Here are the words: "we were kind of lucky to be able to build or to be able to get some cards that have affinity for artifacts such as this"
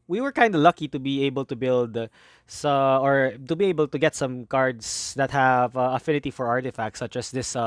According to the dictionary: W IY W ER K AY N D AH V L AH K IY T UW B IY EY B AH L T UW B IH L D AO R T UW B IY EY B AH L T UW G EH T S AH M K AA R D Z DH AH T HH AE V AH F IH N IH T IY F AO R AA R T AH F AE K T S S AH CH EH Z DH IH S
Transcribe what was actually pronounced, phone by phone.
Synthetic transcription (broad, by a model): W IY W ER K AY N D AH L AH K IY T UW B IY EY B AH L T UW B IH L D AO R T UW B IY EY B AH L T UW G EH T S AH M K AA R D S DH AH T HH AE V AH F IH N IH T IY F AO R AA R T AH F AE K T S S AH CH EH S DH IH S